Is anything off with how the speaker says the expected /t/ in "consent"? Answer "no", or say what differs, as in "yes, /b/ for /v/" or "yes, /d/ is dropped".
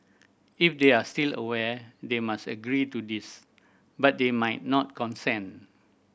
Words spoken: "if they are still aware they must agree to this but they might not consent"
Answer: yes, /t/ is dropped